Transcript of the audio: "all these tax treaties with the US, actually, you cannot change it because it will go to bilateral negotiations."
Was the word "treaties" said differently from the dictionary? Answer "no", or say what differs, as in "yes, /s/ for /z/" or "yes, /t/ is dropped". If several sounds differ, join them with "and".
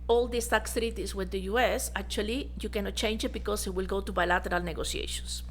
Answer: yes, /s/ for /z/